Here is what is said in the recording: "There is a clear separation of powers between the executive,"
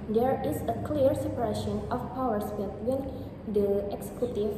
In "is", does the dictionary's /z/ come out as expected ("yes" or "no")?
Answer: no